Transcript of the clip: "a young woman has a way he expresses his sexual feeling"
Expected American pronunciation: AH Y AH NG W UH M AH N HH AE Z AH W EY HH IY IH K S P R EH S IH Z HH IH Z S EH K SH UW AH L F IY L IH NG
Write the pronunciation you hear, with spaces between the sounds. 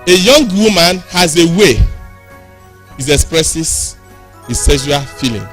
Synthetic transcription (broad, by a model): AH Y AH NG W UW M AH N HH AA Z AH W EY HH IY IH K S P R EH S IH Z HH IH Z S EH SH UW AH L F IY L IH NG